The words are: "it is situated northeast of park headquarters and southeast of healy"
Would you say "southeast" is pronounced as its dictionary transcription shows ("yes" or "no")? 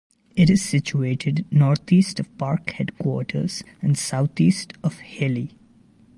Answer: no